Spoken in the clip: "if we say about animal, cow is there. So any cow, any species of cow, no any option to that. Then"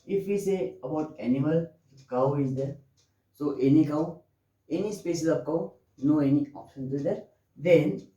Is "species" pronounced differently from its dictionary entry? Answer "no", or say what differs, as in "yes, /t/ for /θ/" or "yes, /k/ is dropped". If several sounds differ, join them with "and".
yes, /s/ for /ʃ/